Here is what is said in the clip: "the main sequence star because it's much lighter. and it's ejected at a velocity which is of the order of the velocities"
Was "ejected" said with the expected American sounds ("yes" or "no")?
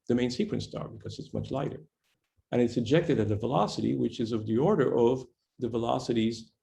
yes